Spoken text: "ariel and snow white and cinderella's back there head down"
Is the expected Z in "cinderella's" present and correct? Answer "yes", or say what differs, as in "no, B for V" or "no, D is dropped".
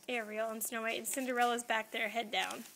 yes